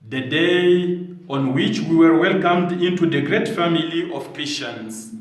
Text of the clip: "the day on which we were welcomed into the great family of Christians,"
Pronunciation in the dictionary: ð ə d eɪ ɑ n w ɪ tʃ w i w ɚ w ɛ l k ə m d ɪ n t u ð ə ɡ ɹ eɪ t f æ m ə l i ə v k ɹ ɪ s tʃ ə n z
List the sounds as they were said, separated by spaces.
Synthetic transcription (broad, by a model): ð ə d eɪ ɑ n w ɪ tʃ w i w ɚ w ɛ l k ə m d ɪ n t u ð ə ɡ ɹ eɪ t f æ m ə l i ə v k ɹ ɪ s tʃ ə n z